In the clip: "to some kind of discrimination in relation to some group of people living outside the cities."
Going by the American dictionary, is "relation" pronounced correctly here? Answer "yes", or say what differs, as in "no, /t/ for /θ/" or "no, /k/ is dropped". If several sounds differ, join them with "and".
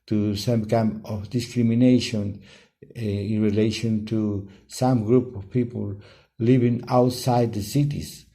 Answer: yes